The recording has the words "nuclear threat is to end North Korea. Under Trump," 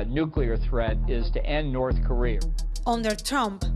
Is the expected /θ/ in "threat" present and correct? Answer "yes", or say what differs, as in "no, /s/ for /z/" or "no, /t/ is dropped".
yes